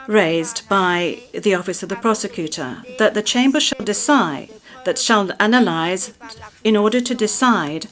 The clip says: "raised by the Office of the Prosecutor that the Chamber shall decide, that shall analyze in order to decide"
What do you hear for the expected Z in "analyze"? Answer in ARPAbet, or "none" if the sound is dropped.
Z